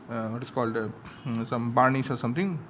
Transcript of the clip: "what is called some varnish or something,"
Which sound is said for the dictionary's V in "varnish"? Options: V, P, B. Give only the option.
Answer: B